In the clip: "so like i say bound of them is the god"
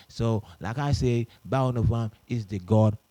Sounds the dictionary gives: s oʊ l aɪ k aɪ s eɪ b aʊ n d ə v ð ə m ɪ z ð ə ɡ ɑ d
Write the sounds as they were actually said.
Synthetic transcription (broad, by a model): s oʊ l aɪ k aɪ s eɪ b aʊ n ə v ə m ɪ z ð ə ɡ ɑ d